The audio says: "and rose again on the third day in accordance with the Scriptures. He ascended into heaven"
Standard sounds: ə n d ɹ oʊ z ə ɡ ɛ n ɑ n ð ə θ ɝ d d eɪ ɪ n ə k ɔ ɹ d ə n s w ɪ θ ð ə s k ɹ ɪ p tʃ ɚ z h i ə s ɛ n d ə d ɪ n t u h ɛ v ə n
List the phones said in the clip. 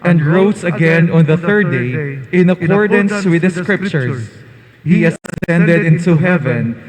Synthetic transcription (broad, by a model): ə n d ɹ oʊ s ə ɡ ɛ n ɑ n ð ə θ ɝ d d eɪ ɪ n ə k ɔ ɹ d ə n s w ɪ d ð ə s k ɹ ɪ p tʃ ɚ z h i ə s ɛ n d ə d ɪ n t u h ɛ v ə n